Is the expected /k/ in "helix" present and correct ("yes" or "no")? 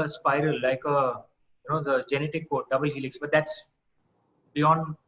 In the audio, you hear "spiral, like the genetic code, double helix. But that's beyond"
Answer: yes